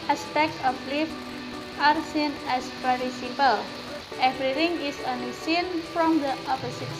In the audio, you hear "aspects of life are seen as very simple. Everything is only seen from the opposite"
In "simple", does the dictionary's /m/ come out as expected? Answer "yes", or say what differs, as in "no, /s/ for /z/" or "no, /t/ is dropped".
no, /m/ is dropped